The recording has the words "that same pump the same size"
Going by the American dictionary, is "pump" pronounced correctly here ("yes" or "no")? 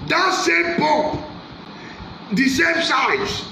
no